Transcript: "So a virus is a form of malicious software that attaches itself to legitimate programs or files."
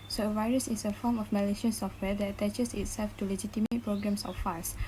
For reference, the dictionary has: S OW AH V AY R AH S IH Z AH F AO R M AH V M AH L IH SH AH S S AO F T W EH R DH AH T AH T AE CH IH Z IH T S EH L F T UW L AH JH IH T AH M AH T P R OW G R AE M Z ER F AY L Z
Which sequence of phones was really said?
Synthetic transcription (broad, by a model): S OW AH V AY R AH S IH S AH F AO M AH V M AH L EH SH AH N S AO F T W EH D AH T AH T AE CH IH S IH T S EH L F T UW L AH JH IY T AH M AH T P R OW G R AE M S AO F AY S